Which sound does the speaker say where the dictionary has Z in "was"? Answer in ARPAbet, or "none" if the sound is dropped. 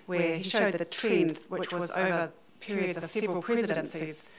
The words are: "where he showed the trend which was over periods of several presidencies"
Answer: Z